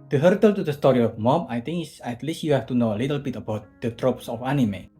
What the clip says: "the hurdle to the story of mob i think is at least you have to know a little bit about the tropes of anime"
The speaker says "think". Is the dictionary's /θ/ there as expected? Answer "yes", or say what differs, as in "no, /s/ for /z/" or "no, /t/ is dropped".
no, /t/ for /θ/